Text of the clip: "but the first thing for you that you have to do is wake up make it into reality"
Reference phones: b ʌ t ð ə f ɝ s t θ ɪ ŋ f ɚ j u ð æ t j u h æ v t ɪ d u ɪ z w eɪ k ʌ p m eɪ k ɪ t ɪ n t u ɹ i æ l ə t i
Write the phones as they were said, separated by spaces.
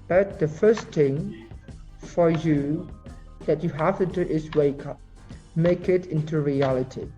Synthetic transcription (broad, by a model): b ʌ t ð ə f ɝ s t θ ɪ ŋ f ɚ j u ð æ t j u h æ f t ɪ d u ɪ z w eɪ k ʌ p m eɪ k ɪ t ɪ n t u ɹ i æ l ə t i